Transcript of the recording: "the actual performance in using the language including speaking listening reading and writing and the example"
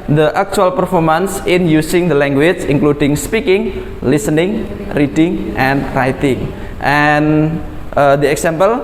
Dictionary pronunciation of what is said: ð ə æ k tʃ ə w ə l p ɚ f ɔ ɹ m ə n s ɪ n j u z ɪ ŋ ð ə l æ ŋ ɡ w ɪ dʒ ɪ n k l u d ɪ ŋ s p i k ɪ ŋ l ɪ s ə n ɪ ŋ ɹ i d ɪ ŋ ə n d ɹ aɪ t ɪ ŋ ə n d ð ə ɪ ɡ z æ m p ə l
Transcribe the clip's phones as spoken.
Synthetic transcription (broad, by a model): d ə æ k tʃ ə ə l p ɚ f ɔ ɹ m ə n s ɪ n j u s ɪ ŋ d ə l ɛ ŋ ɡ w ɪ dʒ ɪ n k l u d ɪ ŋ s p i k ɪ ŋ l ɪ s ə n ɪ ŋ ɹ i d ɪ ŋ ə n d ɹ aɪ t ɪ ŋ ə n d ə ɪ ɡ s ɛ m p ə l